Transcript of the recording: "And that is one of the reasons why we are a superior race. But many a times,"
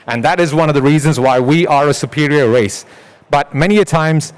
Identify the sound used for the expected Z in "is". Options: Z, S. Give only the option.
Z